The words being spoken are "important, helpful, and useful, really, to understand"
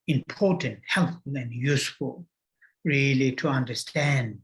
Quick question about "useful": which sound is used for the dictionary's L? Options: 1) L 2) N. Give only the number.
1